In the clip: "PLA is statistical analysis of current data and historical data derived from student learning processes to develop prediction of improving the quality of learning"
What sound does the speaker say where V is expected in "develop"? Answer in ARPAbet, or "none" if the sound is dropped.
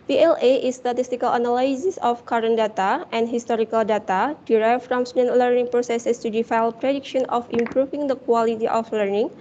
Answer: F